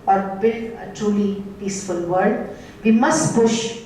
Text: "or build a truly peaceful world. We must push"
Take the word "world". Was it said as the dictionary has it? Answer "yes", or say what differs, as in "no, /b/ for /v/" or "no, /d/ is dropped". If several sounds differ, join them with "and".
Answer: no, /l/ is dropped